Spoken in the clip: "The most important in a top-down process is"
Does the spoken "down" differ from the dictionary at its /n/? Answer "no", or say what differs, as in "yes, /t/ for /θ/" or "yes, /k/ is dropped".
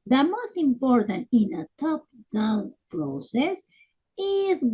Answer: yes, /l/ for /n/